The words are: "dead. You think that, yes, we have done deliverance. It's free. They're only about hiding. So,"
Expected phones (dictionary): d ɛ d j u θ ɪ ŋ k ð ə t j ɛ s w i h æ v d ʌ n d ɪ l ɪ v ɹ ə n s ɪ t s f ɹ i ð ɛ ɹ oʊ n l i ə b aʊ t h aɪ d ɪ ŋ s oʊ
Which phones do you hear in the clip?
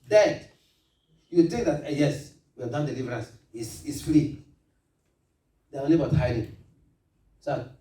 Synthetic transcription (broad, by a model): d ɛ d j u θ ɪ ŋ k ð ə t j ɛ s w i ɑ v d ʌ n d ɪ l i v ɹ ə n s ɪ s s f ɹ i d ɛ oʊ n l i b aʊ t h aɪ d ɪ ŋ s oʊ